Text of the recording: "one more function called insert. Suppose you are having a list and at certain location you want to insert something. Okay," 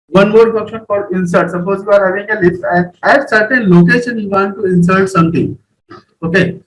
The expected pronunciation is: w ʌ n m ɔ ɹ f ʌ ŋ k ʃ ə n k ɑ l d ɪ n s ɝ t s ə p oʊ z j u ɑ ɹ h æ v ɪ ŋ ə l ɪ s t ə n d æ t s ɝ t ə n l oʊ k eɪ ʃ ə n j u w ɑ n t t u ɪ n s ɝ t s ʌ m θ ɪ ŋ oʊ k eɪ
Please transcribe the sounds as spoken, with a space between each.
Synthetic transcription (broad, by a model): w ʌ n m ɔ ɹ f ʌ k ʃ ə n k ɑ d ɪ n s ɝ t s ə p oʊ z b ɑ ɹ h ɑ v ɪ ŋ ə l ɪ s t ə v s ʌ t t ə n l oʊ k eɪ ʃ ə n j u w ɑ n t t u ɪ n s ɝ t s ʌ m t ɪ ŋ oʊ k eɪ